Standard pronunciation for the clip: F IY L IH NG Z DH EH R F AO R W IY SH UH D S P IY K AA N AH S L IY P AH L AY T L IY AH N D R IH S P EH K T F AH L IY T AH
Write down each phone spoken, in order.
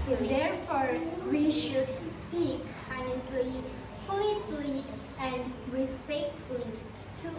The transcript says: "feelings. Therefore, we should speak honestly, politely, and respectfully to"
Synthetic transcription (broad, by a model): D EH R F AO R W IY SH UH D S P IY K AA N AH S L IY F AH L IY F L IY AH N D R IH S P EH K T F AH L IY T